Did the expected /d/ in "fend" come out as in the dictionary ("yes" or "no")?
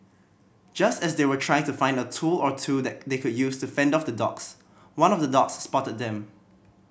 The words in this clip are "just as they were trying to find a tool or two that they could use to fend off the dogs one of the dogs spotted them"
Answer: yes